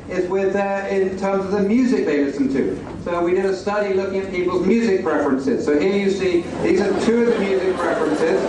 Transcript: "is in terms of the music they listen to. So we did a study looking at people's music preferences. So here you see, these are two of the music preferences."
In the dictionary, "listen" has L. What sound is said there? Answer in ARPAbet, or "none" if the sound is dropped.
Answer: W